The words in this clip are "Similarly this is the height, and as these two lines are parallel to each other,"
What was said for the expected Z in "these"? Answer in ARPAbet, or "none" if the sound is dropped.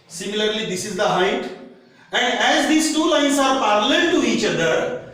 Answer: S